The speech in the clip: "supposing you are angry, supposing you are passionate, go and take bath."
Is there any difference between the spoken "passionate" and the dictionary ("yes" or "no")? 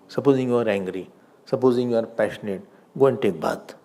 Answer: no